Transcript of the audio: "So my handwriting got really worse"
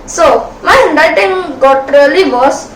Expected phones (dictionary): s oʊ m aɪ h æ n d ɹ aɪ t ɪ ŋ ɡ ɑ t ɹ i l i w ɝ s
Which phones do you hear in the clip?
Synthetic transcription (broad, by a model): s oʊ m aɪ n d aɪ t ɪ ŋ ɡ ɑ t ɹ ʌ l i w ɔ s